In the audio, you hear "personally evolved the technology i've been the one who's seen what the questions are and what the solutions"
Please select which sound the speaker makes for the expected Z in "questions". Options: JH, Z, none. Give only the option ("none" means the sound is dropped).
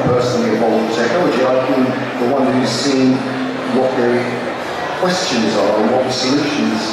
Z